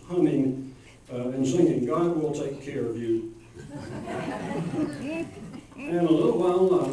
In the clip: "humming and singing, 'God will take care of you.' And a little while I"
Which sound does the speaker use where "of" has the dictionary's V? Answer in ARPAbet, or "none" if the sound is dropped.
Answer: V